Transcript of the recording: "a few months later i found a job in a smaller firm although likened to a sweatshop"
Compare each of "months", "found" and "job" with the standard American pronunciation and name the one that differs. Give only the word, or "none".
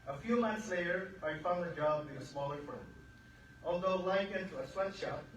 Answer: none